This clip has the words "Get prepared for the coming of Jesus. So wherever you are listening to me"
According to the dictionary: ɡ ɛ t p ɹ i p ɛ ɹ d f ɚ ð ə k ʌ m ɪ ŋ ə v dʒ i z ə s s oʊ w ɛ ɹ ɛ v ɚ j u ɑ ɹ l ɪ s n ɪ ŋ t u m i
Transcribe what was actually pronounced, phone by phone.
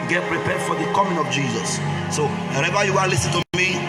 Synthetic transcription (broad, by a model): ɡ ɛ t p ɹ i p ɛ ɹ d f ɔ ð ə k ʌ m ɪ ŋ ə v dʒ i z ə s s oʊ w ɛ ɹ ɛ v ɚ j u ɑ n l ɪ s ɪ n t u m i